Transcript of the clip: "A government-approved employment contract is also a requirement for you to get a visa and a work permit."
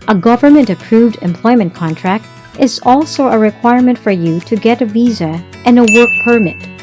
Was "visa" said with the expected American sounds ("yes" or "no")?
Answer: yes